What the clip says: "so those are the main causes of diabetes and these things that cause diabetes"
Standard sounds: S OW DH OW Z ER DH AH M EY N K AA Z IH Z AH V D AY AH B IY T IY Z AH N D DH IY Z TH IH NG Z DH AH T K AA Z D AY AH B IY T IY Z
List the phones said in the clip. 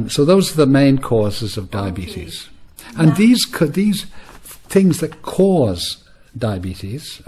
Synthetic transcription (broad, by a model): S OW DH OW Z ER DH AH M EY N K AA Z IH Z AH V D AY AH B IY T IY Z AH N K DH IY Z TH IH NG Z DH AH T K AA Z D AY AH B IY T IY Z